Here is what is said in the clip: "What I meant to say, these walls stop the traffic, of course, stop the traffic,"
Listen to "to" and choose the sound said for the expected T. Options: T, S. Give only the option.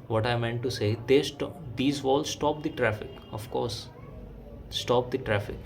S